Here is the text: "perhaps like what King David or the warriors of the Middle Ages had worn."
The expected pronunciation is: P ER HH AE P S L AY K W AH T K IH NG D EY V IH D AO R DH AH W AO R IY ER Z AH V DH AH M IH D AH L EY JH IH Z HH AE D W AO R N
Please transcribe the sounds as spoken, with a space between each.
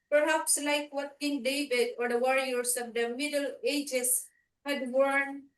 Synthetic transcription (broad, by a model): P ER HH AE P S L AY K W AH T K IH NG D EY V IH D AO R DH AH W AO R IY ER S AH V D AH M IH D AH L EY JH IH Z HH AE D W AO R N